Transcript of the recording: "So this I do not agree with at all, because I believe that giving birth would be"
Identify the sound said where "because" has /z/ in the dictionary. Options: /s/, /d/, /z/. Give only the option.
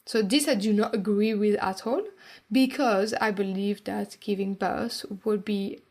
/z/